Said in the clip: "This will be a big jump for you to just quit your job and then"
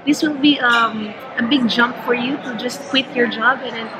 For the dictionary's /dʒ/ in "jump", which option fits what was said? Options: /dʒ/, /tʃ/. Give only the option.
/dʒ/